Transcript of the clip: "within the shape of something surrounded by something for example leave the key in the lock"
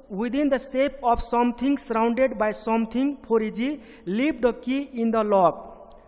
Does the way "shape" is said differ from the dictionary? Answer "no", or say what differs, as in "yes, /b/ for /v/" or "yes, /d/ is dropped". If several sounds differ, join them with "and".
yes, /s/ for /ʃ/